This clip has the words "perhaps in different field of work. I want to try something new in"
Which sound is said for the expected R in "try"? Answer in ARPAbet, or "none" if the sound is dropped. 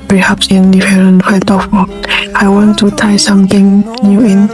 none